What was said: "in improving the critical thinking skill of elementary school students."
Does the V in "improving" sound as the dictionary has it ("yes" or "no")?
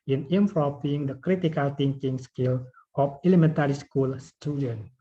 no